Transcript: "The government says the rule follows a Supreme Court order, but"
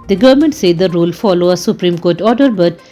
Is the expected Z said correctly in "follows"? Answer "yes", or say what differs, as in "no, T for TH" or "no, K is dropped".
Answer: no, Z is dropped